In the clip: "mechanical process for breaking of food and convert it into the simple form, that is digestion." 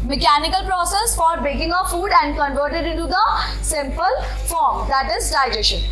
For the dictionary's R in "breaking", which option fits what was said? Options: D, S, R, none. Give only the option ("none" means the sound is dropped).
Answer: none